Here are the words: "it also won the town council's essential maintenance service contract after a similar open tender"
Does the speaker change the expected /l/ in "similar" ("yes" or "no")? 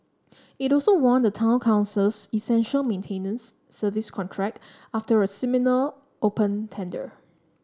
yes